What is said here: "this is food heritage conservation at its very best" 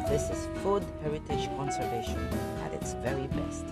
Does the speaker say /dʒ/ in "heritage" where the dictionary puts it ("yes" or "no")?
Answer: no